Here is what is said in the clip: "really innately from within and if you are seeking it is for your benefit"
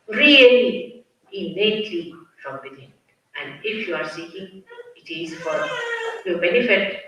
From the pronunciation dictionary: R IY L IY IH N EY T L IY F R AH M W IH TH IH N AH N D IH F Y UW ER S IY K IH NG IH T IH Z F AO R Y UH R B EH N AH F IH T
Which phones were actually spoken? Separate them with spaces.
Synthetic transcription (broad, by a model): R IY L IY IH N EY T IY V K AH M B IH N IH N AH N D IH F Y UW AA S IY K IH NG IH T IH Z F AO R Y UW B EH N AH F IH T